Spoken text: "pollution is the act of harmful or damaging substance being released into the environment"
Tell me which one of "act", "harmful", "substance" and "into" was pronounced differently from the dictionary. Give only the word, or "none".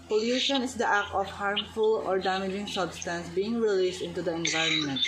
act